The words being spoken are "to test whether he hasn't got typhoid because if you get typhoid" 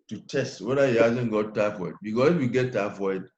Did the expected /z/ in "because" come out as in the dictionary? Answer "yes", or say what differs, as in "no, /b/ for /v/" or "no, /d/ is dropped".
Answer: no, /s/ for /z/